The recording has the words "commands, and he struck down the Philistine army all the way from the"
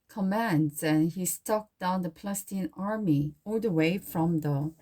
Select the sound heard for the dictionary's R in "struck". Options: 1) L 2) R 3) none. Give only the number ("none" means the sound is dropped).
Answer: 3